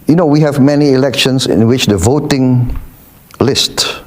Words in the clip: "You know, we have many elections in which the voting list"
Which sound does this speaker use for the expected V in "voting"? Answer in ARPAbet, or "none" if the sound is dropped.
V